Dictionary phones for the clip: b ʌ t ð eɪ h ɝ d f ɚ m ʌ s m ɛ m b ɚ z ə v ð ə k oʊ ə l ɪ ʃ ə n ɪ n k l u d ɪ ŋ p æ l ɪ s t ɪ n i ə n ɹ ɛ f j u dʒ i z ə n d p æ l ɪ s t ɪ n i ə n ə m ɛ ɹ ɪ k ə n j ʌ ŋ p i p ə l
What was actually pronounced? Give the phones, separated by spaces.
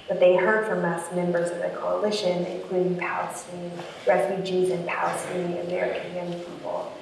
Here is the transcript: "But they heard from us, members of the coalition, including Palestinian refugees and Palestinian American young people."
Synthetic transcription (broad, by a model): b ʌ t ð eɪ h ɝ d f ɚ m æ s m ɛ m b ɚ z ə v ð ə k oʊ ə l ɪ ʃ ə n ɪ n k l u d ɪ ŋ p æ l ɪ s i ɹ ɛ f j u dʒ i z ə n p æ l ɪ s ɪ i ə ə m ɛ ɹ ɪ k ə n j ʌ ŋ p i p l